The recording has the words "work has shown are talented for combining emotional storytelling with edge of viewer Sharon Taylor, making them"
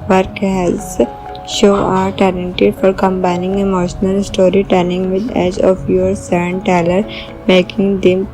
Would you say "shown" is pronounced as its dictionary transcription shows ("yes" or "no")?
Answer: no